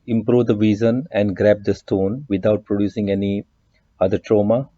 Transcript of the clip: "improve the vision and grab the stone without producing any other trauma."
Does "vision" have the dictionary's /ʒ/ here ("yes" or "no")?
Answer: no